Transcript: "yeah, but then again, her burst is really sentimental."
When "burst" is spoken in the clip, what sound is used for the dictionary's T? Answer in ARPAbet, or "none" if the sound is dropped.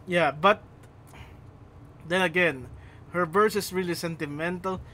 none